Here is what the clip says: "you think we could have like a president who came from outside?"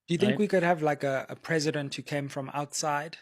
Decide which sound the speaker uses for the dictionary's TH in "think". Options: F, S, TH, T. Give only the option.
TH